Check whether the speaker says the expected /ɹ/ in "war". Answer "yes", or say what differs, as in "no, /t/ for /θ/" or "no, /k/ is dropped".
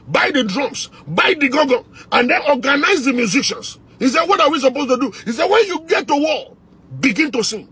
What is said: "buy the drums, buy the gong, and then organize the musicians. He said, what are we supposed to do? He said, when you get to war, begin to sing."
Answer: no, /l/ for /ɹ/